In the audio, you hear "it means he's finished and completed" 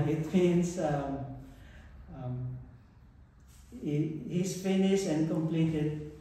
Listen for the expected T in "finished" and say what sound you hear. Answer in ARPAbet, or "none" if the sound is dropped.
none